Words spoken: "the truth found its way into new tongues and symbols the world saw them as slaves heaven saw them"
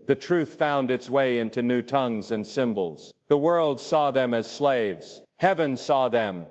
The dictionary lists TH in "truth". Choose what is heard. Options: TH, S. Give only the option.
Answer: TH